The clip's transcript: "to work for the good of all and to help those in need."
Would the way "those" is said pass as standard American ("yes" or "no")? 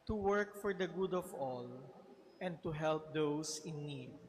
no